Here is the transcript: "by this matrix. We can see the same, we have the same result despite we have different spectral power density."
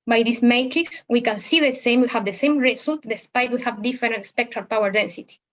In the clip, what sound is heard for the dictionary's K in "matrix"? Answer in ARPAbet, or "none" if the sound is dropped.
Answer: K